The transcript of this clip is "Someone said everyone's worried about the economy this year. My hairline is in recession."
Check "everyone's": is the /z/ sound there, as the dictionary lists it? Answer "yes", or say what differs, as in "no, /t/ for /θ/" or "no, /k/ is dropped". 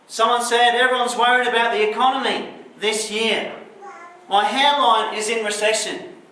yes